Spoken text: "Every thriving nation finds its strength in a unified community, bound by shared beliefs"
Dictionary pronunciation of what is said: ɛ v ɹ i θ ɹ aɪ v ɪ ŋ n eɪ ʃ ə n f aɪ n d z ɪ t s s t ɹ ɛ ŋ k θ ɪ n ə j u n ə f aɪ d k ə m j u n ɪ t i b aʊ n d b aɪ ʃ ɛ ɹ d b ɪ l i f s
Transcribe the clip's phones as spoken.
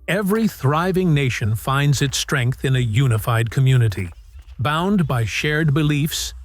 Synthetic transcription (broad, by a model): ɛ v ɹ i θ ɹ aɪ v ɪ ŋ n eɪ ʃ ə n f aɪ n d z ɪ t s s t ɹ ɛ ŋ k θ ɪ n ə j u n ə f aɪ d k ə m j u n ɪ t i b aʊ n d b aɪ ʃ ɛ ɹ d b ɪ l i f s